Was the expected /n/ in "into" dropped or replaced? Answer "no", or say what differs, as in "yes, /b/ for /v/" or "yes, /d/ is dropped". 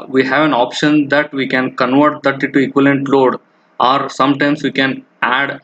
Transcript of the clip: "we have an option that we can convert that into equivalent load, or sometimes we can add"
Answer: yes, /n/ is dropped